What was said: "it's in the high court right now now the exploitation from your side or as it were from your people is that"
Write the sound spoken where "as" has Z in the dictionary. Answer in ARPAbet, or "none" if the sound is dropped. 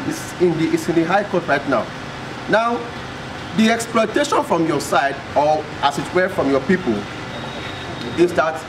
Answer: S